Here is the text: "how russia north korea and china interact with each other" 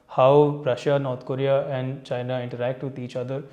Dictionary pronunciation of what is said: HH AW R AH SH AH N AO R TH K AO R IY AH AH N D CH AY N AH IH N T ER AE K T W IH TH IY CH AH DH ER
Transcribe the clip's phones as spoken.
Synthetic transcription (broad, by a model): HH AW R AH SH AH N AO R T K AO R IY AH AH N D CH AY N AH IH N T ER AE K T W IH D IY CH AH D ER